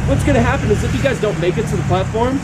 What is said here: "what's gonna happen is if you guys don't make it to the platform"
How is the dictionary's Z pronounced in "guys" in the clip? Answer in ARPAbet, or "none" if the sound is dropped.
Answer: Z